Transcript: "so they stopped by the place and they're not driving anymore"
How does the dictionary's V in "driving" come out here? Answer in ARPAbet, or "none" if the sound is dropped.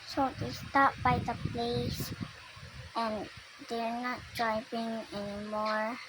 P